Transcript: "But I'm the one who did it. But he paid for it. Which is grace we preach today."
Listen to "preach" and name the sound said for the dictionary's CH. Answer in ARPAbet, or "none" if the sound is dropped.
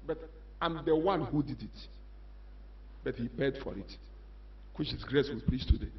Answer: S